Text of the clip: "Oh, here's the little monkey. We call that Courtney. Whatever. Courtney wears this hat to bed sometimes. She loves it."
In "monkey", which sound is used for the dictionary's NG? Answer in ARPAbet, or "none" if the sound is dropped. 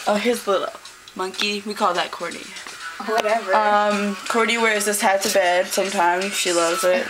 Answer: NG